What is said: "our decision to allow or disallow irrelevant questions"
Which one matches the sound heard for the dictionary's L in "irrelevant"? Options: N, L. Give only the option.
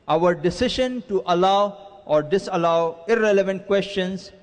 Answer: L